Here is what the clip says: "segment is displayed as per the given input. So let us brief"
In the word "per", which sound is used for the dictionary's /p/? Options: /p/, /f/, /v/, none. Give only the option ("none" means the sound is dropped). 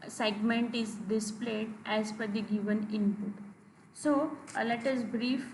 /f/